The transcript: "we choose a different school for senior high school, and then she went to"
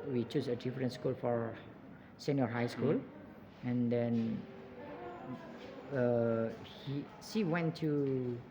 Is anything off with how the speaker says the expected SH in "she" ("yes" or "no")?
yes